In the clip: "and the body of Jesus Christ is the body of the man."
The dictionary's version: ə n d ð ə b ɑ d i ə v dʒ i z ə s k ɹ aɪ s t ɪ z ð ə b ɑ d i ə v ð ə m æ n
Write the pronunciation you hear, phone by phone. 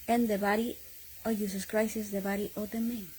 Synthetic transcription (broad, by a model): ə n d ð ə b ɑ d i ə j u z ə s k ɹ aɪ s ɪ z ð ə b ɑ d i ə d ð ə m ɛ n